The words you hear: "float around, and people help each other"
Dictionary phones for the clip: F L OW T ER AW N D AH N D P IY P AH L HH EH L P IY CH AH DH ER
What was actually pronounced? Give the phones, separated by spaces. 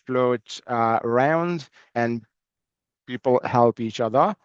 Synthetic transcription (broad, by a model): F L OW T ER AW N D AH N P IY P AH L HH EH L P IY CH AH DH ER